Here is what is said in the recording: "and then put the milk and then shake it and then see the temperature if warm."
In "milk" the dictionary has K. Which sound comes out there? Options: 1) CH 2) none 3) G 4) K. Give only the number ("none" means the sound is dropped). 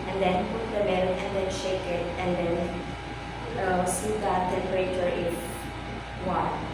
2